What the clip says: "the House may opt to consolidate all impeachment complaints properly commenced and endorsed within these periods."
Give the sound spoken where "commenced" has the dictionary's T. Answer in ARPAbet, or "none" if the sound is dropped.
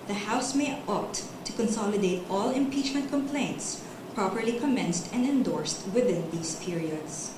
T